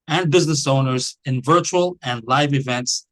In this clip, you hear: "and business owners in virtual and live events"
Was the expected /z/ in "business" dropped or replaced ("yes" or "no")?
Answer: no